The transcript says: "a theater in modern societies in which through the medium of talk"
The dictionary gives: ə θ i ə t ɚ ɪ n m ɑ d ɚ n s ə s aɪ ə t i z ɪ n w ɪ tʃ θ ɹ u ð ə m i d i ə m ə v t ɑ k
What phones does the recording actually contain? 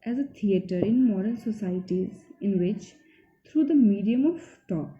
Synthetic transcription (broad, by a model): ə t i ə t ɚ ɪ n m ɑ d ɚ l s ə s aɪ ə t i z ɪ n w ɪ tʃ t ɹ u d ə m i d i ə m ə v t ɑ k